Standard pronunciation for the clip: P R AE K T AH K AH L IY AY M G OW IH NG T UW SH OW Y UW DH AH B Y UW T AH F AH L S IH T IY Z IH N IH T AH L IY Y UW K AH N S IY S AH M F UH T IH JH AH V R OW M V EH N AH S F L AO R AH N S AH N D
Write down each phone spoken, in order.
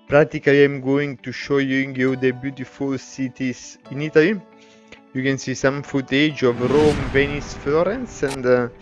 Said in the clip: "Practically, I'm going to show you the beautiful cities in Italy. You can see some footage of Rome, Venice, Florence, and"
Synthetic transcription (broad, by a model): P R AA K T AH K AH L IY AY M G OW IH NG T UW SH OW Y UW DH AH B Y UW T AH F AH L S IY T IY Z IH N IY T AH L IY Y UW K AH N S IY S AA M F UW T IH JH AH V R OW M V EH N AH S F L AO R AH N S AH N D